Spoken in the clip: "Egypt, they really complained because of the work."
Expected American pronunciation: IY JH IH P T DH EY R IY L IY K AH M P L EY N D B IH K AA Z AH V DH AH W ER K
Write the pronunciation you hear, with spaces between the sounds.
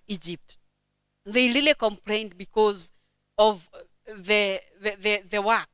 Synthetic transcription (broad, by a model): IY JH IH P T DH EY R IY L IY K AH M P L EY N D B IH K AA Z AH V DH AH W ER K